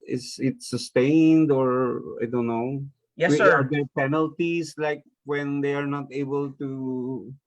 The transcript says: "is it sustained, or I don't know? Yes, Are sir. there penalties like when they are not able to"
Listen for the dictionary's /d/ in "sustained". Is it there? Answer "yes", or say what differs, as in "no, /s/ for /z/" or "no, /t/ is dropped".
yes